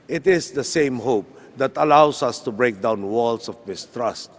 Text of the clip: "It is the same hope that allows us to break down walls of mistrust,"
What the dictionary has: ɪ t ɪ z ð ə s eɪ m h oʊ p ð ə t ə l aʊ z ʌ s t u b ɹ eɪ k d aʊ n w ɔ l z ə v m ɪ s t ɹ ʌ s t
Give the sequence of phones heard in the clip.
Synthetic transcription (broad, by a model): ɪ t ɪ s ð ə s eɪ m h oʊ p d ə t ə l aʊ s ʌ s t u b ɹ eɪ k d aʊ n w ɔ l s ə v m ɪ s t ɹ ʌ s t